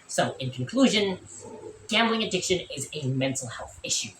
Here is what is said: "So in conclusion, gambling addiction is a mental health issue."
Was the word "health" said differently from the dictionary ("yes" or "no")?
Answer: no